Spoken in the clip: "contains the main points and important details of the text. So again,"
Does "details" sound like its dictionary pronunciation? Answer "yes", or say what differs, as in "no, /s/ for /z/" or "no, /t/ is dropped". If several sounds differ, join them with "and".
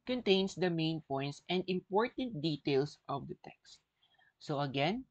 no, /s/ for /z/